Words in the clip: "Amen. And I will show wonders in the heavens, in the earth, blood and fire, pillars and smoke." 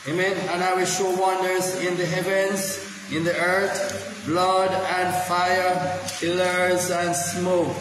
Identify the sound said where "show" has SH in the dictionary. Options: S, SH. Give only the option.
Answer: SH